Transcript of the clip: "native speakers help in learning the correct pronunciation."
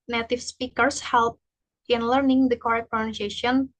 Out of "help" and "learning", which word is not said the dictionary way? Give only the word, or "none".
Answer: none